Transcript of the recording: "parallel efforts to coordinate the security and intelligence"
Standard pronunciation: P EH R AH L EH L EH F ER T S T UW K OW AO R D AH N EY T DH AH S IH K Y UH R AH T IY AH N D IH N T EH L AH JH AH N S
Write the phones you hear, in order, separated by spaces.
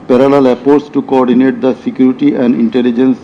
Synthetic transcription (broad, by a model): P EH R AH L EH L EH P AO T S T UW K OW AO R D AH N EY T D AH S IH K Y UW R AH T IY AH N D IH N T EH L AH JH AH N S